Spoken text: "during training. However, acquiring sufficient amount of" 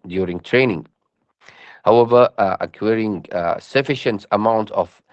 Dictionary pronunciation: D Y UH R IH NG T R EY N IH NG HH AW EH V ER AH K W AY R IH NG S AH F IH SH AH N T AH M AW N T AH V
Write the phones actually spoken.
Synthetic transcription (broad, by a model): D Y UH R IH NG T R EY N IH NG HH AW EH V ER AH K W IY R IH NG S AH F IH SH AH N T AH M AW N T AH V